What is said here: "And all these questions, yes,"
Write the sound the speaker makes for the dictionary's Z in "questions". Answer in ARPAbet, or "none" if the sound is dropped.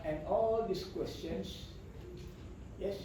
S